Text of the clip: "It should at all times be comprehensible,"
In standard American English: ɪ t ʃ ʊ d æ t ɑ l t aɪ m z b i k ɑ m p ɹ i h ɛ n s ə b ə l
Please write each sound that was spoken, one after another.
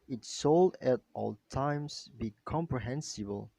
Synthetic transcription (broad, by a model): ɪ t s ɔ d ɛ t ɑ l t aɪ m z b i k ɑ m p ɹ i h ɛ n s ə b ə l